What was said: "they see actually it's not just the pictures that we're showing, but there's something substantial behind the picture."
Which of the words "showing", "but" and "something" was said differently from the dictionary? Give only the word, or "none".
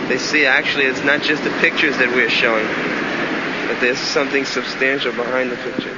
none